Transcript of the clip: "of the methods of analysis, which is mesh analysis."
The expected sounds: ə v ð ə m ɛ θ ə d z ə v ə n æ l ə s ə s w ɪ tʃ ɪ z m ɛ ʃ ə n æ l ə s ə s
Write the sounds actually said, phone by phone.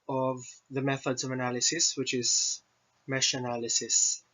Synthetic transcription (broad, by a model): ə v ð ə m ɛ θ ə d z ə v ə n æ l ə s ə s w ɪ tʃ ɪ z m ɛ ʃ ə n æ l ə s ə s